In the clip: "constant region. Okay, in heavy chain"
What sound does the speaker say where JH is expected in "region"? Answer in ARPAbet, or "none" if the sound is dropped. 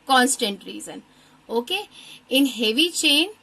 Z